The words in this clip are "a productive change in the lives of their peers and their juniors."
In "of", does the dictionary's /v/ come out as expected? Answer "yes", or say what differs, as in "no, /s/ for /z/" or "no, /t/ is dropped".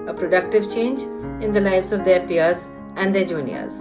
yes